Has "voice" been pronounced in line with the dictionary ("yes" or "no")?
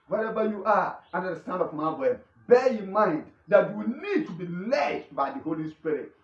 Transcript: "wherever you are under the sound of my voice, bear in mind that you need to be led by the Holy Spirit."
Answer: no